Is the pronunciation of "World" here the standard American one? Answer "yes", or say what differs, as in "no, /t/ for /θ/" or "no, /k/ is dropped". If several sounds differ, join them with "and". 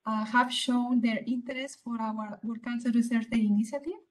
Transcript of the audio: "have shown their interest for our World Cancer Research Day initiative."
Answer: no, /l/ is dropped